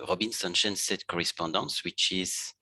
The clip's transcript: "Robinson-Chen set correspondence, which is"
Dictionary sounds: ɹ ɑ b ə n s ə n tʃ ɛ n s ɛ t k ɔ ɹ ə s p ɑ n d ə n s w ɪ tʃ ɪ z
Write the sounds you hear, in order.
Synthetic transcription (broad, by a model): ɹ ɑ b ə n s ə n ʃ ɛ n s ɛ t k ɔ ɹ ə s p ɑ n d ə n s w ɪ tʃ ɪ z